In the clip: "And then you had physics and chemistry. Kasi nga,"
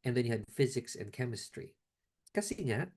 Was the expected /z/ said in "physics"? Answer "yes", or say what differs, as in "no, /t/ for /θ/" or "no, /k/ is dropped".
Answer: yes